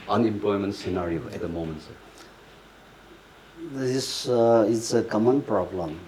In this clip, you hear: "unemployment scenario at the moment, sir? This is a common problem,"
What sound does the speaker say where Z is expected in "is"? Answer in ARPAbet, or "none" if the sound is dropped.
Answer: S